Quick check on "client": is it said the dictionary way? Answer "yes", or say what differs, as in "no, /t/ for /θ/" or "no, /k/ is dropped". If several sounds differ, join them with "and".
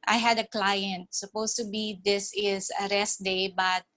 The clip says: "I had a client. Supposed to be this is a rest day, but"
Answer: yes